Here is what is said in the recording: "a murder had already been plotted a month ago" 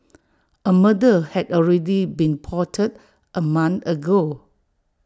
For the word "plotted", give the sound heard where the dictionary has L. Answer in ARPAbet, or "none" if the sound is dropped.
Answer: none